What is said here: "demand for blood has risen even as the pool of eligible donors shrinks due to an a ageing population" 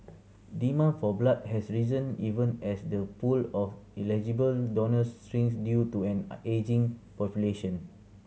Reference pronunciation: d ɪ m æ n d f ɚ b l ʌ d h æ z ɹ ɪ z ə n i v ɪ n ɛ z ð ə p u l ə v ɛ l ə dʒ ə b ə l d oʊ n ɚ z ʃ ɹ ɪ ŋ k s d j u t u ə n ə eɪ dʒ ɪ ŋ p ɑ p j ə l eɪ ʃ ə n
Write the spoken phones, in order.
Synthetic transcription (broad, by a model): d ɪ m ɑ f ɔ b l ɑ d h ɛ s ɹ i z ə n i v ɪ n ɛ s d ə p u l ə f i l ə dʒ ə b ə l d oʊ n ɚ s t ɹ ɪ ŋ s d j u t u ə n eɪ dʒ ɪ ŋ p ɑ p j ə l eɪ ʃ ə n